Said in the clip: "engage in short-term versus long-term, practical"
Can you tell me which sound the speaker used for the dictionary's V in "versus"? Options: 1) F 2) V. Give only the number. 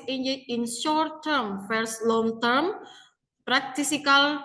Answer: 1